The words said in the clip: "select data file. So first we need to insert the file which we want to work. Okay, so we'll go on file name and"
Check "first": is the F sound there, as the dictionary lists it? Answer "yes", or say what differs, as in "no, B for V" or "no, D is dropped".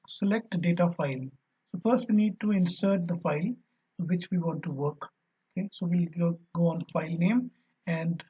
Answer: yes